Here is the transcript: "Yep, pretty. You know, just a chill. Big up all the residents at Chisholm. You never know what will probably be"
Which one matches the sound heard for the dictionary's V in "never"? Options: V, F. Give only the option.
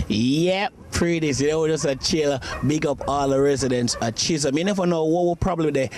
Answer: F